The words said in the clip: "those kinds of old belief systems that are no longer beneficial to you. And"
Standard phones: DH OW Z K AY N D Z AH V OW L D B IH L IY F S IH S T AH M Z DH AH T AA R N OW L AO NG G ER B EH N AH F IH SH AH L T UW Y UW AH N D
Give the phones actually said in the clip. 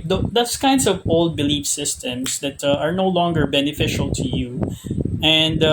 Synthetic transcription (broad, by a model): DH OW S K AY N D S AH V OW L D B IH L IY F S IH S T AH M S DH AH T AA R N OW L AO NG G ER B EH N AH F IH SH AH L T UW Y UW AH N D